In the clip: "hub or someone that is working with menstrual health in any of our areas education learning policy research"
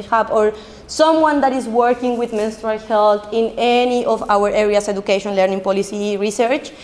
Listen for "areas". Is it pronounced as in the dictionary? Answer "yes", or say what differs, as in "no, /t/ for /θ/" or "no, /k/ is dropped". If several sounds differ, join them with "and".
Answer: no, /s/ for /z/